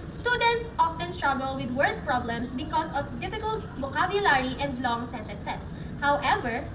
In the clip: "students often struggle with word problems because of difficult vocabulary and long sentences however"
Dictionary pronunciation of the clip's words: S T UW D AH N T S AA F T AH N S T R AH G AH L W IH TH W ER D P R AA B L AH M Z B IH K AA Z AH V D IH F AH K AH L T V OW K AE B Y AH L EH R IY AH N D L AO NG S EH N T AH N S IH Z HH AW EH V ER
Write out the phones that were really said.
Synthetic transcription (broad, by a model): S T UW D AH N T S AA F T AH N S T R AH G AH L W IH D W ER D P R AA B L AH M S B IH K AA S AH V D IH F AH K AH L T B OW K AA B Y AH L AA R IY AH N D L AO NG S EH N T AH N S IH S HH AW EH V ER